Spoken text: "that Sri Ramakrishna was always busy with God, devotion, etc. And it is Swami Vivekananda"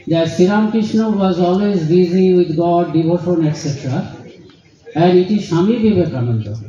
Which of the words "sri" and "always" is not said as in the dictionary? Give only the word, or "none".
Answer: sri